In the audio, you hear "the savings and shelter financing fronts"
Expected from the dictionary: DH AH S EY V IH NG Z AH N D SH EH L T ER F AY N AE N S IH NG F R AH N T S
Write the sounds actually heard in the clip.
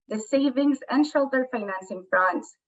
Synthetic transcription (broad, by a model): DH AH S EY V IH NG Z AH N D SH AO L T ER F AY N AE N S IH NG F R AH N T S